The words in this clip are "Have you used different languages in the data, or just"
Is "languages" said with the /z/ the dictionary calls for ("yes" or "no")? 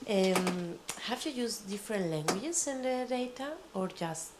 no